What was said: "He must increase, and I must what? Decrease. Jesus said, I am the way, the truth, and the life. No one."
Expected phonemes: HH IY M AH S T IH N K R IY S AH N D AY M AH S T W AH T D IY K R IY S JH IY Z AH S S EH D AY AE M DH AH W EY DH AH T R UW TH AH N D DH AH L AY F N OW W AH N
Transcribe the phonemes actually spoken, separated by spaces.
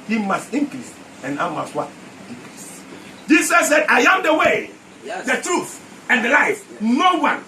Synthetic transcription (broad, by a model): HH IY M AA S T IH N K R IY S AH N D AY M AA S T W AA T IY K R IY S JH IY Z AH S S EH D AY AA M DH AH W EY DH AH T R UW TH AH N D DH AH L AY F N OW W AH N